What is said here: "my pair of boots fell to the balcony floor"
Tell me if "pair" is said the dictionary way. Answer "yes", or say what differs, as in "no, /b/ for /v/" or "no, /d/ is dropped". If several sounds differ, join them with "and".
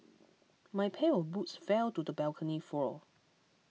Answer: no, /l/ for /ɹ/